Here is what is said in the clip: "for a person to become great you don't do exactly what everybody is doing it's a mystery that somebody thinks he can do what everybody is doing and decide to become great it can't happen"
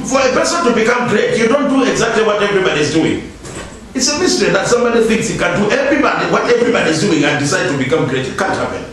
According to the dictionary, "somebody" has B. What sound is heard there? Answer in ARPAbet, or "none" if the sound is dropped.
none